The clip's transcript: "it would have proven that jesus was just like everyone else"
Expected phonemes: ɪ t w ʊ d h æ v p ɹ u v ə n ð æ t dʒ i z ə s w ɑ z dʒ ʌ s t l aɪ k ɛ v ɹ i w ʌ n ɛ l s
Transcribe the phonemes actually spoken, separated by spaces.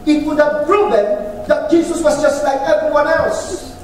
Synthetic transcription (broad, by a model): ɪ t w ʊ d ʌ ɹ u b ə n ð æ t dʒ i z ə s w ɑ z dʒ ʌ s t l aɪ k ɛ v ɹ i w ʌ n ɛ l s